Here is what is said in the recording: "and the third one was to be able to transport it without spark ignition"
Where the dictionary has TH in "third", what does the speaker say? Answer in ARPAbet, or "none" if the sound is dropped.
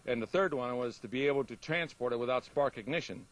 TH